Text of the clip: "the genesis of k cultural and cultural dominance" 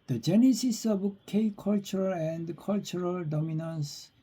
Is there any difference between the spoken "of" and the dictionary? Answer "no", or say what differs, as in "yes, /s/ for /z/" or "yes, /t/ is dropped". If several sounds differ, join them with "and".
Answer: yes, /b/ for /v/